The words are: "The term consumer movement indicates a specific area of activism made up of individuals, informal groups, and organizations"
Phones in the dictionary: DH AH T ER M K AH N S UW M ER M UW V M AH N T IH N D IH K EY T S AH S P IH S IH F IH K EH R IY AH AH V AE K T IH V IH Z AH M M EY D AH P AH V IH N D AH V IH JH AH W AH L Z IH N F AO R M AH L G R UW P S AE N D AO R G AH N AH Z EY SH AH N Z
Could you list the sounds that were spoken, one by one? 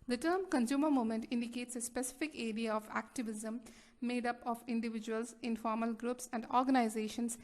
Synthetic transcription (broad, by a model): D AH T ER M K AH N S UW M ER M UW M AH N T IH N D IH K EY T S AH S P IH S IH F IH K EH R IY AH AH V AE K T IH V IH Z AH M M EY D AH P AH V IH N D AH V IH JH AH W AH L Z IH N F AO R M AH L G R UW P S AE N D AO R G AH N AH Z EY SH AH N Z